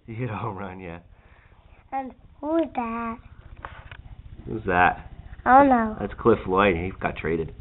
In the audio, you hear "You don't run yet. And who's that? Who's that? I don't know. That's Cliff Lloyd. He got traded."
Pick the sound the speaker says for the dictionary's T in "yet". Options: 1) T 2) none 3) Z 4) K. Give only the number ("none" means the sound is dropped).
2